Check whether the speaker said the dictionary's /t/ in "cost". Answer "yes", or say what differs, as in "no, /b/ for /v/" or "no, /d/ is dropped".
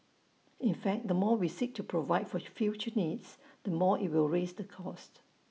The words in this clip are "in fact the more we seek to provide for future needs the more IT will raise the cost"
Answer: yes